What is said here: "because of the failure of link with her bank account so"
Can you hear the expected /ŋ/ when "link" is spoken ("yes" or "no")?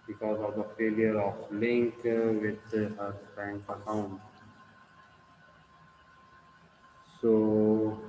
yes